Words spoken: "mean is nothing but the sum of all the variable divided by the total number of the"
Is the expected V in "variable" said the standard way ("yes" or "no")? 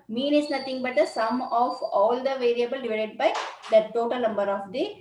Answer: yes